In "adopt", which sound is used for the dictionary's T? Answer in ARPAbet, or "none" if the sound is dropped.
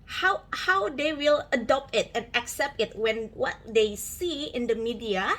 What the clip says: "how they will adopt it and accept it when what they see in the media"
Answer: T